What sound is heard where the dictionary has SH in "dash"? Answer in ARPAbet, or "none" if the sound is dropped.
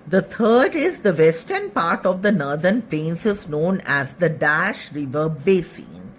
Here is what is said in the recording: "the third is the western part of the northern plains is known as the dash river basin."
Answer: SH